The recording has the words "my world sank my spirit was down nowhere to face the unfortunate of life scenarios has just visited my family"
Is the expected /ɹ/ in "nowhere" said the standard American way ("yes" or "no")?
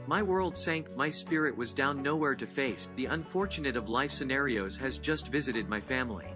yes